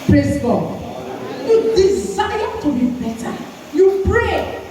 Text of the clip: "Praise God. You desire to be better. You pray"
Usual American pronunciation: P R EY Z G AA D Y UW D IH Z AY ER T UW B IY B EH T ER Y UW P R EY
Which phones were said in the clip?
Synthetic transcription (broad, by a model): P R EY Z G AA Y UW D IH S AY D T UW B IY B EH T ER Y UW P R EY